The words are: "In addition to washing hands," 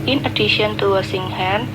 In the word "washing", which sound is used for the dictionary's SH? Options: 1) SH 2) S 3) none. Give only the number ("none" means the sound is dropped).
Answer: 2